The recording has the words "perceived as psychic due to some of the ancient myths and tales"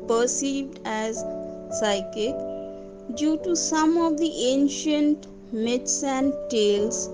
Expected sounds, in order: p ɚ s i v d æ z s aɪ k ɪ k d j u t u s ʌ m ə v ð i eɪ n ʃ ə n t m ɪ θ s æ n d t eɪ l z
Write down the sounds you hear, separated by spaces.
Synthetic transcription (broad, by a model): p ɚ s i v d æ z s aɪ k ɪ k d j u t u s ʌ m ə v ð i eɪ n ʃ ə n t m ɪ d s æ n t eɪ l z